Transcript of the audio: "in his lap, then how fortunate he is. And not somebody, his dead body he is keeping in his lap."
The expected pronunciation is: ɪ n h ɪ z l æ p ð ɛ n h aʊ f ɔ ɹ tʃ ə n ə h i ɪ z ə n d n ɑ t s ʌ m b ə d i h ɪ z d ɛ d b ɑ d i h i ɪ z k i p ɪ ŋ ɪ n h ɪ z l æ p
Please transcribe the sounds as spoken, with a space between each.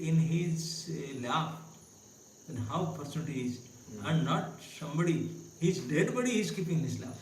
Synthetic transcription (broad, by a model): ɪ n h ɪ z l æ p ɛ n h aʊ p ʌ ɹ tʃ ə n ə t i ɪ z ə n d n ɑ t s ʌ m b ə d i h ɪ z d ɛ d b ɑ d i i ɪ z k i p ɪ ŋ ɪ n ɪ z l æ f